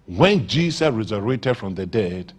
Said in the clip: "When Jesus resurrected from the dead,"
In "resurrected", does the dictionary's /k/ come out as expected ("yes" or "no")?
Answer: no